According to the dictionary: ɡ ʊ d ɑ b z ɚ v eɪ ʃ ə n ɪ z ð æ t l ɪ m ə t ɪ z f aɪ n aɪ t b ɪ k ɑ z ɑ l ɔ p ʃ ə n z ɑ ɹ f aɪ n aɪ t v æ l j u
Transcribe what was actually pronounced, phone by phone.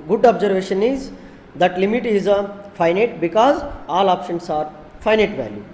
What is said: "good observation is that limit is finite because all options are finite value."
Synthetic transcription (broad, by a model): ɡ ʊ d ɑ b z ɚ v eɪ ʃ ə n ɪ z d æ t l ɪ m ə t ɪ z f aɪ n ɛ t b ɪ k ɑ z ɑ l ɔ p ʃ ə n s ɑ ɹ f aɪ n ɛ t v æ l j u